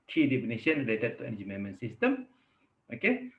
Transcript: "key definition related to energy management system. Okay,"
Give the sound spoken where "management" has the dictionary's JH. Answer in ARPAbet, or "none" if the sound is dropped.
none